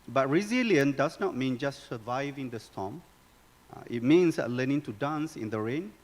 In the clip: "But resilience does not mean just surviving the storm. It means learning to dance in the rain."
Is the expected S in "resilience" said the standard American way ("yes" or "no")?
no